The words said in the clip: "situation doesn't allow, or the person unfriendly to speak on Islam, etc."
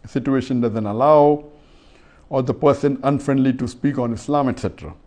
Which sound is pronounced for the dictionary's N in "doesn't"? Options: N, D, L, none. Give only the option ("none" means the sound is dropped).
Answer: N